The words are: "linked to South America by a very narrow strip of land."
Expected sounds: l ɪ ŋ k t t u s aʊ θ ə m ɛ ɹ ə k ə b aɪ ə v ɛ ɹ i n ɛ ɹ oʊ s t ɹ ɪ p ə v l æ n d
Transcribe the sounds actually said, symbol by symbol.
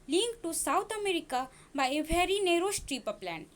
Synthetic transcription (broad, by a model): l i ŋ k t t u s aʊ t ə m ɛ ɹ ə k ə b aɪ ə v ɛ ɹ i n ɛ ɹ oʊ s t ɹ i p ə p l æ n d